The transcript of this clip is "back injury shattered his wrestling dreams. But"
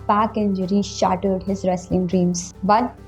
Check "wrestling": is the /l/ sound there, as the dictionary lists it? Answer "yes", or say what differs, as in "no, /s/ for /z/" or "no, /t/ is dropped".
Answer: yes